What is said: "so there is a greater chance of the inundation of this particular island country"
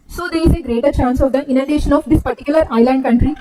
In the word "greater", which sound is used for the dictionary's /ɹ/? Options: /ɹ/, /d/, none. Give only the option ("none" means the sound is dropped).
/ɹ/